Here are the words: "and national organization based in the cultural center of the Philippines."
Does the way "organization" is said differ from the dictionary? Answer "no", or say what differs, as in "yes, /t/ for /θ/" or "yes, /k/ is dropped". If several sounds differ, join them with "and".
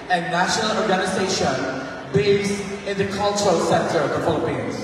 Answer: no